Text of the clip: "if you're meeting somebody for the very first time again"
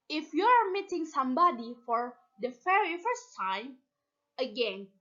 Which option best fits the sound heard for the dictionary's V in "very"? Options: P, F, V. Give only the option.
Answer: F